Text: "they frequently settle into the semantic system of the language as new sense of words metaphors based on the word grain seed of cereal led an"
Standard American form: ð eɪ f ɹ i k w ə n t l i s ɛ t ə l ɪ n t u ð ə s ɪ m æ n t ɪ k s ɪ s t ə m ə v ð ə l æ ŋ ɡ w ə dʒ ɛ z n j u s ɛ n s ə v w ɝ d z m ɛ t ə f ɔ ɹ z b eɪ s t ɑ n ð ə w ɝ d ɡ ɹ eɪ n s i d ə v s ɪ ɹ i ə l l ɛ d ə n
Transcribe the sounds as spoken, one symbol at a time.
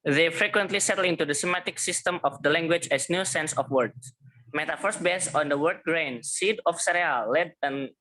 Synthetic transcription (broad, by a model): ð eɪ f ɹ i k w ə n t l i s ɛ t ə l ɪ n t u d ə s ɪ m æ t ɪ k s ɪ s t ə m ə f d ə l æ ŋ ɡ w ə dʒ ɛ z n j u s ɛ n s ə f w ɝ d m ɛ t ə f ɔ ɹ s b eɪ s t ɑ n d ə w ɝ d ɡ ɹ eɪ n s i d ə f s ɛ ɹ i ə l l ɛ d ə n